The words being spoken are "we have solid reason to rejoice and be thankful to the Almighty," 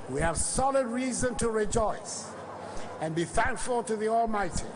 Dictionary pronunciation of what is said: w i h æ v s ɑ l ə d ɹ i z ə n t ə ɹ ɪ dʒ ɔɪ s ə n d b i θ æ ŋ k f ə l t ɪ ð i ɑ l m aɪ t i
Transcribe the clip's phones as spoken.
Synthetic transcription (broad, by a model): w i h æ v s ɑ l ə d ɹ i z ə n t ə ɹ ɪ dʒ ɔɪ s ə n b i θ æ ŋ k f ə l t ɪ ð i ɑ l m aɪ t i